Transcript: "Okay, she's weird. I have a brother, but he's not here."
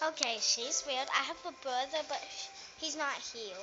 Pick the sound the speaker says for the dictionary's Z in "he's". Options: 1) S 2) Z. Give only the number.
2